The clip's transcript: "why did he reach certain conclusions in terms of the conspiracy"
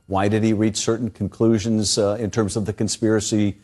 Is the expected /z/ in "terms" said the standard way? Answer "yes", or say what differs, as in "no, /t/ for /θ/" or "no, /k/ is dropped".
yes